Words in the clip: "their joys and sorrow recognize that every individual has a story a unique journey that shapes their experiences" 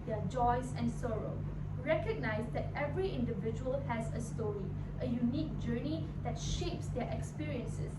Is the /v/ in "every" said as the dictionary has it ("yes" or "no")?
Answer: yes